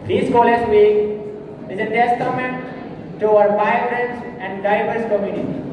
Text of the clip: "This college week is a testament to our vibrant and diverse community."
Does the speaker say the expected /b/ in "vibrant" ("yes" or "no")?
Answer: no